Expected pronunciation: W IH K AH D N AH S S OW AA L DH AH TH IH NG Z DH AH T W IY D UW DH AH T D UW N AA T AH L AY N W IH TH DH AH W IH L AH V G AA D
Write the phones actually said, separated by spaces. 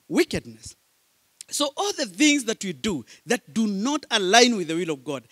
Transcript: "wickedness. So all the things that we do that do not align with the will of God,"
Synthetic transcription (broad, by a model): W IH K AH D N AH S S OW AA L DH AH TH IH NG Z DH AH T W IY D UW DH AH T D UW N AA T AH L AY N W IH DH AH W IH L AH V G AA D